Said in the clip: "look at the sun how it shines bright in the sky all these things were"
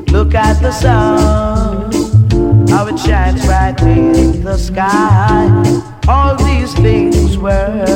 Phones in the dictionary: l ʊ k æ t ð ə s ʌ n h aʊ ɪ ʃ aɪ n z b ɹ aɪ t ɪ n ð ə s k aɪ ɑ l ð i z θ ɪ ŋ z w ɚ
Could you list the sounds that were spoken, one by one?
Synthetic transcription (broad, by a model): l ʊ k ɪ t ð ə s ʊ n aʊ ɪ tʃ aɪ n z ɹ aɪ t ɪ n ð ə s k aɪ ɑ l ð i z θ ɪ ŋ z w ɚ